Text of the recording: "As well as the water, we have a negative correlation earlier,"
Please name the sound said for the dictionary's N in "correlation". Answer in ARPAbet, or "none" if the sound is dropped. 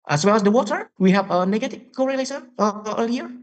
none